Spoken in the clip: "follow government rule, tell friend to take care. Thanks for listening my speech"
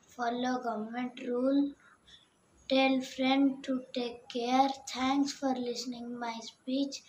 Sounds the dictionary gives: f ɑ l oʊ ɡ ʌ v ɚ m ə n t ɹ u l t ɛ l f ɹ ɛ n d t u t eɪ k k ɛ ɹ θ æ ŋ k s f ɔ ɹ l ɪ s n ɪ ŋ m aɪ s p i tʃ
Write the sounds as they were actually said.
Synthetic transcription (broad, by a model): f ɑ l oʊ ɡ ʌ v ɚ m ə n t ɹ u l t ɛ l f ɹ ɛ n d t u t eɪ k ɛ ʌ ɹ t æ ŋ k s f ɔ ɹ l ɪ s n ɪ ŋ m aɪ s p i tʃ